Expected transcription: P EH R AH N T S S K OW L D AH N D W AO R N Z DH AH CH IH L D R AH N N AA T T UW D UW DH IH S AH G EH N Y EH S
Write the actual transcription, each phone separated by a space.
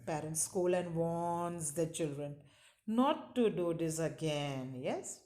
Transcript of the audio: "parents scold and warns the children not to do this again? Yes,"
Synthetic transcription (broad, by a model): P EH R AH N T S S K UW L AH N D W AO N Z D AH CH IH L D R AH N N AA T T UW D UW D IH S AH G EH N Y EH S